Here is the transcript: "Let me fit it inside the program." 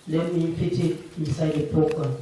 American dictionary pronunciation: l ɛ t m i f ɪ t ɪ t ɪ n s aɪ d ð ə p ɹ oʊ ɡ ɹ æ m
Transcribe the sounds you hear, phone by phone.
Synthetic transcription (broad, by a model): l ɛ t m i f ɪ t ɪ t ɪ s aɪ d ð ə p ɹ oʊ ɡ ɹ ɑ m